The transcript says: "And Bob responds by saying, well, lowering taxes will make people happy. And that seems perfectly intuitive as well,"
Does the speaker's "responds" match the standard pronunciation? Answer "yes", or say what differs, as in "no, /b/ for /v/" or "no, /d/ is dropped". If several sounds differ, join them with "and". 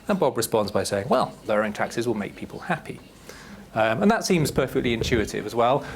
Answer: yes